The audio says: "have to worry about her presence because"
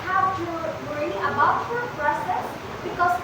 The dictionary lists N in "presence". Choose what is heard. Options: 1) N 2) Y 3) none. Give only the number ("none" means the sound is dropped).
3